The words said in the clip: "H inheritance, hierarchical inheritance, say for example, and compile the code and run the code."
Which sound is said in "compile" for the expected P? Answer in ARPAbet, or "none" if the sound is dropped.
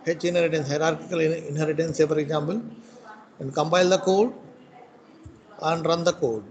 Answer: B